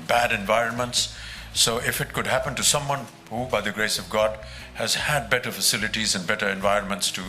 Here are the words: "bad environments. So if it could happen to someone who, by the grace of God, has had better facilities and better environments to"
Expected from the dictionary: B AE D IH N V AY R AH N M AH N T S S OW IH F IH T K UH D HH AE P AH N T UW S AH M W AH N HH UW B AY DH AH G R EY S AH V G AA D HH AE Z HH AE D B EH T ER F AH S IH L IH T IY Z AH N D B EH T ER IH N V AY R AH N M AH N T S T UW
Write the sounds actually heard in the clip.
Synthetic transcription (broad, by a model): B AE D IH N V AY R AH N M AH N T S S OW IH F IH T K UH D HH AE P AH N T UW S AH M W AH N HH UW B AY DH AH G R EY S AH V G AA D HH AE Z HH AE D B EH T ER F AH S IH L IH T IY Z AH N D B EH T ER IH N V AY R AH N M AH N T S T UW